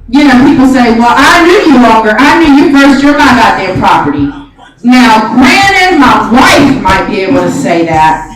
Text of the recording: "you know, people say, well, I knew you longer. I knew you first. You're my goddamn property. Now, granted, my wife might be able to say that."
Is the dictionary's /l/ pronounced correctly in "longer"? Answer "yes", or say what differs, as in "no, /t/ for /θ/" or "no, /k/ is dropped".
no, /w/ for /l/